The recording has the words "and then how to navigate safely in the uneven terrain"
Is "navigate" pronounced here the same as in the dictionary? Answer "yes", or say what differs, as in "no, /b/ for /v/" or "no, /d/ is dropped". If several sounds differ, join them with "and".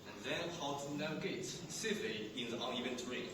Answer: no, /v/ is dropped